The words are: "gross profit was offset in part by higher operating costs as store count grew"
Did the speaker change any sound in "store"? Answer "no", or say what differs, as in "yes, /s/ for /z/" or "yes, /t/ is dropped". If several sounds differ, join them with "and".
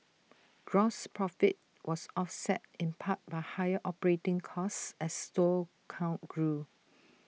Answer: yes, /l/ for /ɹ/